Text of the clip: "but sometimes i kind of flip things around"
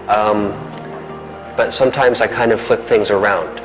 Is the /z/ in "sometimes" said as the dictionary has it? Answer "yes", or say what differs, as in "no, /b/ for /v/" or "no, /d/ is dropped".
yes